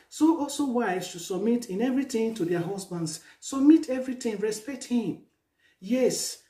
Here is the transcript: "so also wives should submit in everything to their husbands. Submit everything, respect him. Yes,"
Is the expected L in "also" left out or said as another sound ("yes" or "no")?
no